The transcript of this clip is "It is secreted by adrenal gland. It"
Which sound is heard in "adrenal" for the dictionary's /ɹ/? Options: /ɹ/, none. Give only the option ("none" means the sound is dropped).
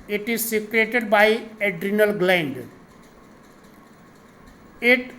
/ɹ/